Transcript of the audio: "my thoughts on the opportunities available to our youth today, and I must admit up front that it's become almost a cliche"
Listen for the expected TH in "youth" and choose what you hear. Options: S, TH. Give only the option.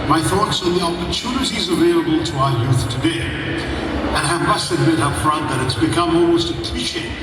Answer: TH